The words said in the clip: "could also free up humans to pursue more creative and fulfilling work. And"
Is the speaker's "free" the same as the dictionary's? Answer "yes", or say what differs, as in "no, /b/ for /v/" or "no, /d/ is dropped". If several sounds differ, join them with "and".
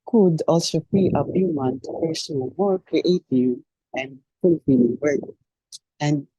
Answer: no, /ɹ/ is dropped